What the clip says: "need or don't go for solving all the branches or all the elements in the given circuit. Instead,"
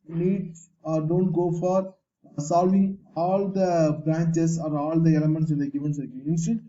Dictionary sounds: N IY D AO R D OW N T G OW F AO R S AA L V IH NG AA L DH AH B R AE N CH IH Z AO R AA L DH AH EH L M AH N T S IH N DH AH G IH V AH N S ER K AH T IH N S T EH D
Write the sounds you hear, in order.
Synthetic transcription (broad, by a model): N IY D AO R D OW N T G OW F AO R S AA L V IH NG AA L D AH B R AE N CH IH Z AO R AA L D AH EH L M AH N T S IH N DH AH G IH V AH N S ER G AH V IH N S